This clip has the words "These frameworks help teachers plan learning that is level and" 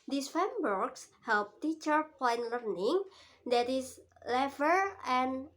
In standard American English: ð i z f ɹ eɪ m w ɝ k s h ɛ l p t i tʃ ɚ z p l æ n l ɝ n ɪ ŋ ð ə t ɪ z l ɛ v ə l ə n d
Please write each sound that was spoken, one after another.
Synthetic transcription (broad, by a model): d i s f eɪ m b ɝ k s h ɛ l p t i tʃ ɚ p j n l ɝ n ɪ ŋ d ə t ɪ s l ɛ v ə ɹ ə n